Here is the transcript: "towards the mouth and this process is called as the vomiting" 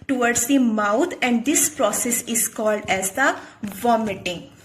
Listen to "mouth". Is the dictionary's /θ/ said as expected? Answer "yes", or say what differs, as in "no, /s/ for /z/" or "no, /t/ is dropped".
no, /t/ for /θ/